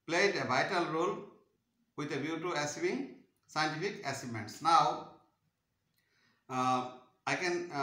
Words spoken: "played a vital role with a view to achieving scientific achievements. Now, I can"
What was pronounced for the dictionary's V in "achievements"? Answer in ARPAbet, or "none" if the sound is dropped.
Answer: none